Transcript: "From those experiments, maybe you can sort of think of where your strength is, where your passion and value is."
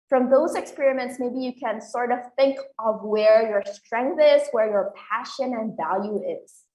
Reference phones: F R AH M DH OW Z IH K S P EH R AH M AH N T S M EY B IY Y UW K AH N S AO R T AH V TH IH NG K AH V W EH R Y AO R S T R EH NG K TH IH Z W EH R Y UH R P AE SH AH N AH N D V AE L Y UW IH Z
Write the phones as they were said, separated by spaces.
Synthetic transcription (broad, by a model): F R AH M DH OW Z IH K S P EH R AH M AH N T S M EY B IY Y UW K AH N S AO R T AH V TH IH NG K AH V W EH R Y AO R S T R EH NG K TH IH Z W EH R Y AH R P AE SH AH N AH N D V AE L Y UW IH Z